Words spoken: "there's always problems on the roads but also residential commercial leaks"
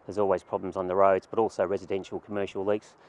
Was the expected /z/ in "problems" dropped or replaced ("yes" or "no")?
no